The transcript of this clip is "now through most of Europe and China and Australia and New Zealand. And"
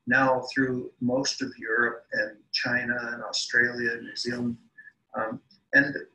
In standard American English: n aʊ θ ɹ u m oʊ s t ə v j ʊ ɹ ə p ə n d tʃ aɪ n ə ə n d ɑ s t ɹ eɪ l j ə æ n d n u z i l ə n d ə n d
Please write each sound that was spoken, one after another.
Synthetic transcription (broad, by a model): n aʊ θ ɹ u m oʊ s t ə v j ʊ ɹ ə p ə n tʃ aɪ n ə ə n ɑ s t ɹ eɪ l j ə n n u z i l ə n d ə n